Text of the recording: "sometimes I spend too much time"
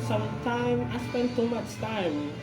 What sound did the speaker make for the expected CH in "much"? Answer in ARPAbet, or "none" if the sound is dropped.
CH